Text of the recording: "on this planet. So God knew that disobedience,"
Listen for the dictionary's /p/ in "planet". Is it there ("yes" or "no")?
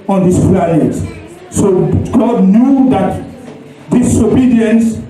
no